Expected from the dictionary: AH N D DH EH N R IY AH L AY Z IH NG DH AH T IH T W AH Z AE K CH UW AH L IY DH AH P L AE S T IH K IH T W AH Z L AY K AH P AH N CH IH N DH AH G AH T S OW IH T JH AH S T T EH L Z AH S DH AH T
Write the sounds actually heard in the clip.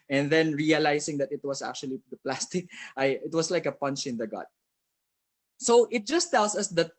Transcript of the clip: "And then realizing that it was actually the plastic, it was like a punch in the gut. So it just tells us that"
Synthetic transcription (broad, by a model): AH N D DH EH N R IY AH L AY S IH NG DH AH T IH T W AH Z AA K CH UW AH L IY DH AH P L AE S T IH K IH T W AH S L AY K AH P AH N CH IH N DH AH G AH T S OW IH T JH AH S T T EH L S AH S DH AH T